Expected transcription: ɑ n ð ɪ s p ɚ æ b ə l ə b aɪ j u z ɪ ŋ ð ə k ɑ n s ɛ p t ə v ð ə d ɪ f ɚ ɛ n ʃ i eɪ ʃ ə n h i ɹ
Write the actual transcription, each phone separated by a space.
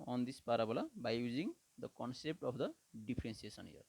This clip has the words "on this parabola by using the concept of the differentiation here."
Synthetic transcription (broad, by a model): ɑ n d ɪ s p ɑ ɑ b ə l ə b aɪ j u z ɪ ŋ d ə k ɑ n s ɛ p t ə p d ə d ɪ p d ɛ n s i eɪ s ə n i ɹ